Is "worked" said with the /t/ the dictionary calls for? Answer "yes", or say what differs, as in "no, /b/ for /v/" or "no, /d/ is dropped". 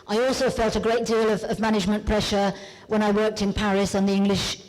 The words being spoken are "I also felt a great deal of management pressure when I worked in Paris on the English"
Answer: yes